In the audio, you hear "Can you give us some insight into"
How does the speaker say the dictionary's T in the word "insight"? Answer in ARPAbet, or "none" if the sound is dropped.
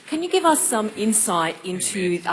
T